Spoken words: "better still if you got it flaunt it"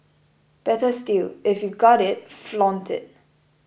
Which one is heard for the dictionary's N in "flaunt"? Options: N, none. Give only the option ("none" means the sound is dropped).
N